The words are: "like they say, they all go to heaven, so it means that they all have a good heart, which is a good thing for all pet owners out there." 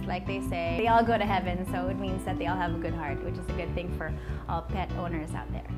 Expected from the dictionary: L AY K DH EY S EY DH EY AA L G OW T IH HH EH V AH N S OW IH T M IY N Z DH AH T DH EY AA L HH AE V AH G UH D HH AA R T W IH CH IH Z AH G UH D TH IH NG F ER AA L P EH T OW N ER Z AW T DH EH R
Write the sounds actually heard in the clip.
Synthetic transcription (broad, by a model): L AY K DH EY S EY DH EY AA L G OW T IH HH EH V AH N S OW IH T M IY N Z DH AH T DH EY AA L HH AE V AH G UH D HH AA R T W IH CH IH Z AH G UH D TH IH NG F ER AA L P EH T OW N ER Z AW T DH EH R